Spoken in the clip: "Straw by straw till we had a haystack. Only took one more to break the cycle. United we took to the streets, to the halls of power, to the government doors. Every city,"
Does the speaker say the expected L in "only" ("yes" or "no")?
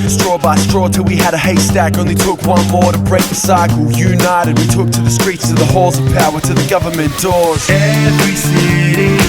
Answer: no